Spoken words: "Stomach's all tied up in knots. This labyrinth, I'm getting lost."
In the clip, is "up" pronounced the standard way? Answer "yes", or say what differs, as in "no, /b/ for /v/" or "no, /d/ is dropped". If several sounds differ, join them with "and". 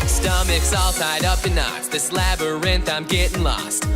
yes